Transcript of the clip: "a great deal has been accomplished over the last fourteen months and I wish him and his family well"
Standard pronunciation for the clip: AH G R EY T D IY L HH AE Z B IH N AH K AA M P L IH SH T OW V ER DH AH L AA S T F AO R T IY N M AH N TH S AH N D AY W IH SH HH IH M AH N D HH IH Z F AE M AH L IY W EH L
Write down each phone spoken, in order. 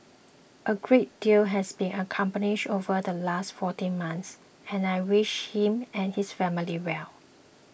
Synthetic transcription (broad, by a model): AH G R EY T D IY L HH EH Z B IH N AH K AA M P N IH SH OW V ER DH AH L AA S T F AO T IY N M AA N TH S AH N AY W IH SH HH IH M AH N HH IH S F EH M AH L IY W EH L